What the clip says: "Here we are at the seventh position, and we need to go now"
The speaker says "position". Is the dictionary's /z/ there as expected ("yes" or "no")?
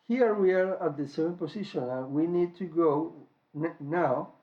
no